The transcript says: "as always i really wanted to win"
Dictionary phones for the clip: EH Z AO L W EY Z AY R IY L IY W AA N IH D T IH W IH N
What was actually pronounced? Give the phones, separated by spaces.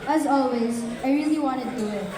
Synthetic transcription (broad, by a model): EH Z AO L W EY Z AY R IY L IY W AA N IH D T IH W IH